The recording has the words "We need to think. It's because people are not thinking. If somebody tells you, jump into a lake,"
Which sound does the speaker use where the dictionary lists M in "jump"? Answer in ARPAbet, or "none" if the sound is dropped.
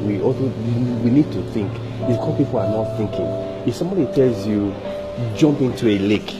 M